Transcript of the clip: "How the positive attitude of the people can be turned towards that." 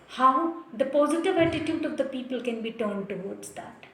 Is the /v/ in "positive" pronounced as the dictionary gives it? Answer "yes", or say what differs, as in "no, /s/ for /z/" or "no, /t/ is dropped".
yes